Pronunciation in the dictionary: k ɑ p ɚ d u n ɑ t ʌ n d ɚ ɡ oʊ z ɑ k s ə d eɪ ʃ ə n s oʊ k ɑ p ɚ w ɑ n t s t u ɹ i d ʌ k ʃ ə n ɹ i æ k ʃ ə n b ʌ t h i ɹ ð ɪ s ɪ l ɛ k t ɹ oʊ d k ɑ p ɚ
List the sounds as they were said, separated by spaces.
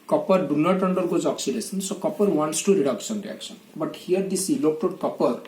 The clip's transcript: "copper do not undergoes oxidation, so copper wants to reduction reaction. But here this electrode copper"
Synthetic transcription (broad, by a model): k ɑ p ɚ d u n ɑ t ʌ n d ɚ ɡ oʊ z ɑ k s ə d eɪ s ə n s oʊ k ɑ p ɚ w ɑ n t s t u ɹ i d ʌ k s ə n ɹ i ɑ k s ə n b ʌ t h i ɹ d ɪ s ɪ l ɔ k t oʊ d k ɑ p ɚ